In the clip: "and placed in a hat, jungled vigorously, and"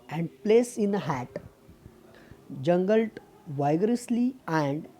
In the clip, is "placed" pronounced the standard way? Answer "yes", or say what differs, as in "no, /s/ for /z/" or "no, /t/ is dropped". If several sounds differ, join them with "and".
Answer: no, /t/ is dropped